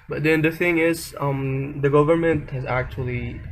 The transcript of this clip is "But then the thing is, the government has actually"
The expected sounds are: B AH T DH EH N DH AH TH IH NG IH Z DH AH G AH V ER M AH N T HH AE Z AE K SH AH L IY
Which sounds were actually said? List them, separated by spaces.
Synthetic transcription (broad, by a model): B AH T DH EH N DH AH TH IH NG IH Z DH AH G AH V ER M AH N T HH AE Z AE K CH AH L IY